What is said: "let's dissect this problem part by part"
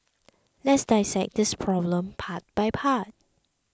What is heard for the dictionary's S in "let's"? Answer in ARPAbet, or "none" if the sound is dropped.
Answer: S